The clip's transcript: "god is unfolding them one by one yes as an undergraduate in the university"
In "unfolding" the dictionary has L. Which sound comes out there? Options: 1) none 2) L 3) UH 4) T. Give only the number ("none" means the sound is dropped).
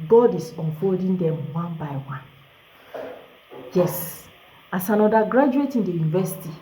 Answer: 1